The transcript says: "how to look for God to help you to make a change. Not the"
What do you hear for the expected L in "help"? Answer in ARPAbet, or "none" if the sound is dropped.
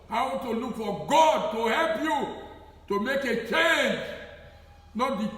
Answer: L